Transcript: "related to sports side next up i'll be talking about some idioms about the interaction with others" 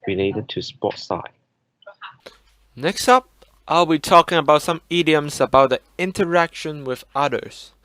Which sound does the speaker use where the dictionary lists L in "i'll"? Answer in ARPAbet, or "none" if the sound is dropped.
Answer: L